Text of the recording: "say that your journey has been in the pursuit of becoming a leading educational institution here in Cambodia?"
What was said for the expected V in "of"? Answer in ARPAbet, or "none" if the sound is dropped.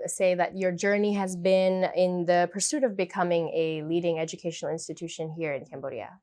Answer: V